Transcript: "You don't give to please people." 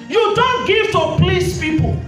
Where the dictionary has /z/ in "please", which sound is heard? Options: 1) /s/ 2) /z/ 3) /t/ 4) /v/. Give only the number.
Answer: 1